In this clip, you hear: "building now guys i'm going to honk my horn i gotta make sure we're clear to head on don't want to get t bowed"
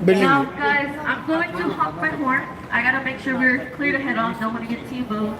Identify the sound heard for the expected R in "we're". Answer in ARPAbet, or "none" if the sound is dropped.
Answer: R